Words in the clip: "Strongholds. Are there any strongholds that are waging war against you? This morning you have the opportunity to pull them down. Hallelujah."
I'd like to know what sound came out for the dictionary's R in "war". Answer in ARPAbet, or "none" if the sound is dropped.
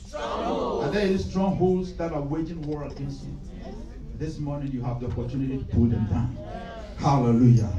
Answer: R